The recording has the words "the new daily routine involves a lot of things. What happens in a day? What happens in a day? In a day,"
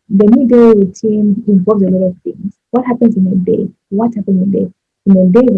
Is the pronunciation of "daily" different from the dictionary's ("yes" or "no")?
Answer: yes